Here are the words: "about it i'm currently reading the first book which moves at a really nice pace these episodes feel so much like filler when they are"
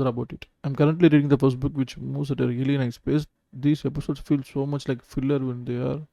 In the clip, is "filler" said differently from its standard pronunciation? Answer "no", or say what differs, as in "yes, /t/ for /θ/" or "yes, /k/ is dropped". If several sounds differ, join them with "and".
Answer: no